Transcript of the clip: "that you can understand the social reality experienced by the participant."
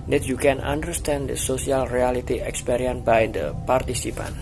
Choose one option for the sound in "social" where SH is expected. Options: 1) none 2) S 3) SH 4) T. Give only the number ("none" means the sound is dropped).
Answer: 2